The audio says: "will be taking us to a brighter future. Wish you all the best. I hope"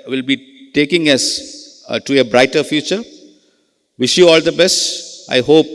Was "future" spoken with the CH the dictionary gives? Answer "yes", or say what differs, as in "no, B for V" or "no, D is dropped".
yes